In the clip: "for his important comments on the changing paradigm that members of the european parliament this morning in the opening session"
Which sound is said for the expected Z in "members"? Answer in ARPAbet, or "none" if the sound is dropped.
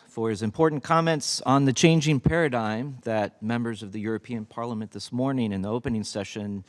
Z